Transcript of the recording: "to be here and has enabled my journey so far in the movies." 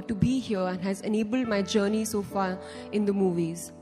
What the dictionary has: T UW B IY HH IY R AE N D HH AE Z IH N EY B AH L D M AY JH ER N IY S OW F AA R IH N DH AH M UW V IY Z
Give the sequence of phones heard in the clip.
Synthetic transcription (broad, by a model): T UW B IY HH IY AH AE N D HH AE Z IH N EY B AH L D M AY JH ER N IY S OW F AA R IH N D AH M UW V IY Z